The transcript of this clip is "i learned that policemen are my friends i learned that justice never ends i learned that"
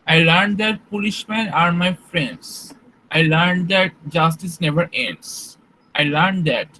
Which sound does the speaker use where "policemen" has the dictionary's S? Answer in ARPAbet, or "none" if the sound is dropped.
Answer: SH